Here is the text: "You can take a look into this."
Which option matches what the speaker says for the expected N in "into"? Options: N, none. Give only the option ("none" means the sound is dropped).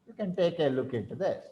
none